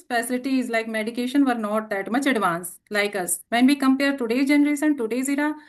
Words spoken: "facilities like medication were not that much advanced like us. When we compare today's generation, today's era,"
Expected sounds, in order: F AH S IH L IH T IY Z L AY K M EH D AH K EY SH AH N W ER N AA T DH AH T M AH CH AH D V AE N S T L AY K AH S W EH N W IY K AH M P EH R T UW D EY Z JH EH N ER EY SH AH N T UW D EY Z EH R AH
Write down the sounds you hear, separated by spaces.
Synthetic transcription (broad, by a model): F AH S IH L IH T IY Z L AY K M EH D AH K EY SH AH N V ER N AA T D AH T M AH CH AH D V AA N S L AY K AH S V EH N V IY K AH M P EH R T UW D EY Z JH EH N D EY S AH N T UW D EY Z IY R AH